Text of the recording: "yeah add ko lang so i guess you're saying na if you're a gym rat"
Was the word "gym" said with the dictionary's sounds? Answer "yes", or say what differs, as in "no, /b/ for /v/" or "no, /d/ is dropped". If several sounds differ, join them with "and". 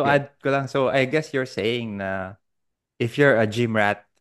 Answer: yes